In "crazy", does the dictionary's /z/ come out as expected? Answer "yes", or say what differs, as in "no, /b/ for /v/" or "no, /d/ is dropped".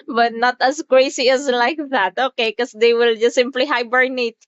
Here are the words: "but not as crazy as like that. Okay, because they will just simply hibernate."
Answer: no, /s/ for /z/